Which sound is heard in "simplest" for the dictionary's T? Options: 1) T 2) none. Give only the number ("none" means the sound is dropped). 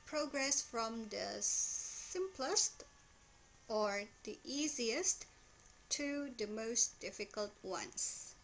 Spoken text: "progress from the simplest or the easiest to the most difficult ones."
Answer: 1